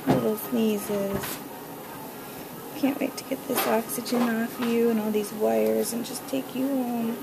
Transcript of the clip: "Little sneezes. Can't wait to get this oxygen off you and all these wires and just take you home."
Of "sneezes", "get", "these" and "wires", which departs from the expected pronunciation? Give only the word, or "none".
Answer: none